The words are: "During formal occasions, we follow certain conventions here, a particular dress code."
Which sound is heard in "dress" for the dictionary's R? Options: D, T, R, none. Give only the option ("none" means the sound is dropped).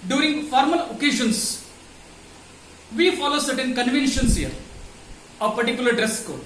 R